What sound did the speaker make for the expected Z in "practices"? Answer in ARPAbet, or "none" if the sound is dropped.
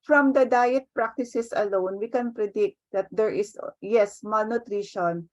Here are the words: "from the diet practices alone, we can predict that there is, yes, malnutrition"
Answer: S